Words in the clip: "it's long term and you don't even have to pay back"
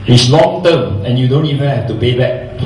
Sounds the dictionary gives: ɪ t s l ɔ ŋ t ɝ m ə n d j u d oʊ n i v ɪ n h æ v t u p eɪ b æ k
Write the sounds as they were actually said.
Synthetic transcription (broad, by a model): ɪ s l ɔ ŋ t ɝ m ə n j u d oʊ n i v ɪ n h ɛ f t u p eɪ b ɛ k